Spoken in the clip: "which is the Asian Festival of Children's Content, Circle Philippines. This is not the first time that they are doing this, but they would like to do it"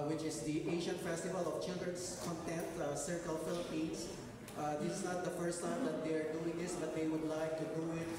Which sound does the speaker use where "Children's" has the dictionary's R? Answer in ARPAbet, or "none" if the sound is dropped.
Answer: none